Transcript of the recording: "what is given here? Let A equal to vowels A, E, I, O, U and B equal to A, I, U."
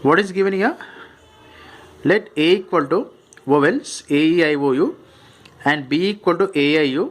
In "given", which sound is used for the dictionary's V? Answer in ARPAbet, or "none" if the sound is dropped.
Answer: V